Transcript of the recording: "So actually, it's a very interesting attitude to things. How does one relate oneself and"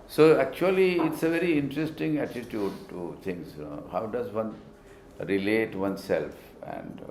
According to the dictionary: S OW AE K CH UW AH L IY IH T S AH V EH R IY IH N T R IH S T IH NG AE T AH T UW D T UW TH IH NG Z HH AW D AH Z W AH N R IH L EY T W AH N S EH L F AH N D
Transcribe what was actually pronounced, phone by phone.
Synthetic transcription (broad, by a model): S OW AE K CH UW AH L IY IH T S AH V EH R IY IH N T R IH S T IH NG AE T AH T UW D T UW T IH NG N HH AW D AH Z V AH N R IH L EY T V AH N S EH L F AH N D